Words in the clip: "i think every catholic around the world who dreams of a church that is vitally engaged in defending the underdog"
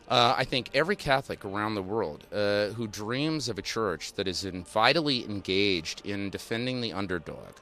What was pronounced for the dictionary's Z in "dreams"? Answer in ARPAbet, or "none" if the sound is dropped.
Z